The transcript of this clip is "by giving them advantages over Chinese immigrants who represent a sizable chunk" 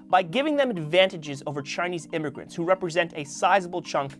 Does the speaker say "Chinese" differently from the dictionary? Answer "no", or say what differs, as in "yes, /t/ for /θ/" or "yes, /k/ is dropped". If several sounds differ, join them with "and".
no